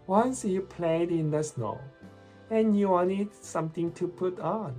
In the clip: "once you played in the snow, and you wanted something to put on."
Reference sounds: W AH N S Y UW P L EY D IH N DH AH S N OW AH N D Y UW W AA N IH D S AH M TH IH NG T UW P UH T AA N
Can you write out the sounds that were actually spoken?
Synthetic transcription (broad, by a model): W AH N S Y UW P L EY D IH N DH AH S N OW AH N Y UW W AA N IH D S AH M T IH NG T UW P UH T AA N